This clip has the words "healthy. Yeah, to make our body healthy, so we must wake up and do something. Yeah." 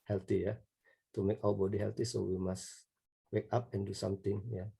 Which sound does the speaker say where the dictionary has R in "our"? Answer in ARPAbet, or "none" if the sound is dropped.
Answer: W